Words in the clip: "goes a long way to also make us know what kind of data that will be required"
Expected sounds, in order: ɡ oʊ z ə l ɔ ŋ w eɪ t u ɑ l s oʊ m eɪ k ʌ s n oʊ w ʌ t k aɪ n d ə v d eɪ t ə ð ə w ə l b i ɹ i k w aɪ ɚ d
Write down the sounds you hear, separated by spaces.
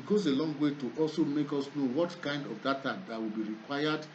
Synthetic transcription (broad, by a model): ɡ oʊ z ə l ɔ ŋ w eɪ t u ɑ l s oʊ m eɪ k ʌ s n oʊ w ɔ t k aɪ n d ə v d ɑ t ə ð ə w ə l b i ɹ i k w aɪ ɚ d